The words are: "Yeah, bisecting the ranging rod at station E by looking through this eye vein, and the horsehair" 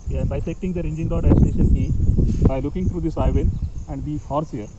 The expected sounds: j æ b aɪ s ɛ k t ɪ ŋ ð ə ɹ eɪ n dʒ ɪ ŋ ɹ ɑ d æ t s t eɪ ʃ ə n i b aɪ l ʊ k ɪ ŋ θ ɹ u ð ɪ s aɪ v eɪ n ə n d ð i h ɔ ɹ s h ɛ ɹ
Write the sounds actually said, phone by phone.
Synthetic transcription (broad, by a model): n b aɪ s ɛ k t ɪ ŋ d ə ɹ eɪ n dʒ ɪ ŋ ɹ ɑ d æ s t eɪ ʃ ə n i b aɪ l ʊ k ɪ ŋ t ɹ u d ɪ s aɪ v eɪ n ə n d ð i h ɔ ɹ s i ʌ ɹ